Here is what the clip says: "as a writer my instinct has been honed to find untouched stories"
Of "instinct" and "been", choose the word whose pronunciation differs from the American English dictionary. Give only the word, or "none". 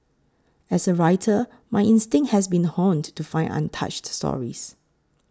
instinct